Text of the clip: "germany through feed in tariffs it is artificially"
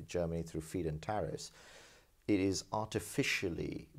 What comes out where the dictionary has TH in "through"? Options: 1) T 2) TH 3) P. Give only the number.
2